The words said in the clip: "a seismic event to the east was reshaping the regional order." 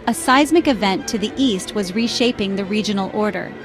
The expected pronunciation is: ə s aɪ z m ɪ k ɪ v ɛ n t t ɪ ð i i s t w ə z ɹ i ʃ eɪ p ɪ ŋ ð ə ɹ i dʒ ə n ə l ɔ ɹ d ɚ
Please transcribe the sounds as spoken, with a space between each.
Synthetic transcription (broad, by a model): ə s aɪ z m ɪ k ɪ v ɛ n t t ɪ ð i i s t w ə z ɹ i ʃ eɪ p ɪ ŋ ð ə ɹ i dʒ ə n l ɔ ɹ d ɚ